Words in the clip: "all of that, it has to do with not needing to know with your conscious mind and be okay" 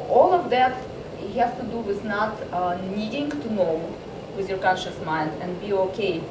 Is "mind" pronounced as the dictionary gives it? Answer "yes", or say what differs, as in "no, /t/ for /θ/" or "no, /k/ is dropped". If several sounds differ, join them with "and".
yes